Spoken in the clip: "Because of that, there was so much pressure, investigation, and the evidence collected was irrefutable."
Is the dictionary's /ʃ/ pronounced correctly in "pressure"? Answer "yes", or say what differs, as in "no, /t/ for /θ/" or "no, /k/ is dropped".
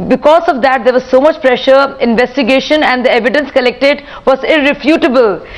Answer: yes